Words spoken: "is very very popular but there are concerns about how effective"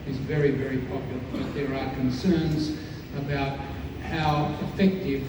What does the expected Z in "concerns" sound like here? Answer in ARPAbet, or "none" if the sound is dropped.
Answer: Z